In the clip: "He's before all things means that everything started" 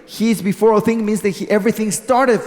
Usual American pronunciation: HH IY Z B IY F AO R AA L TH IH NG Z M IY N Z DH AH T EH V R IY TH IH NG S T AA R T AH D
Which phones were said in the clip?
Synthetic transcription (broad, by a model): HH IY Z B IY F AO R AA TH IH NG M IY N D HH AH T EH V R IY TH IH NG S T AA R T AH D